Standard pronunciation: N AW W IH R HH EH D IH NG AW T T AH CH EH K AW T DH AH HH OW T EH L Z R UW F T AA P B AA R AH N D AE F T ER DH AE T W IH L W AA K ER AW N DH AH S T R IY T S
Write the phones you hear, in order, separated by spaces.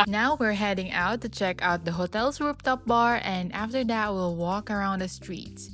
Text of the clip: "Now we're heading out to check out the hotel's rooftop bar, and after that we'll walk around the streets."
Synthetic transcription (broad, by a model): N AW W IH R HH EH D IH NG AW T T AH CH EH K AW T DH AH HH OW T EH L S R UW P T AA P B AA R AH N D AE F T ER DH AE T W IH L W AA K ER AW N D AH S T R IY T S